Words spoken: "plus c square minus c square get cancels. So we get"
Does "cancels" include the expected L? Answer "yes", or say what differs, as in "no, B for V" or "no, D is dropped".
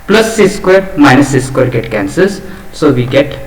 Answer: no, L is dropped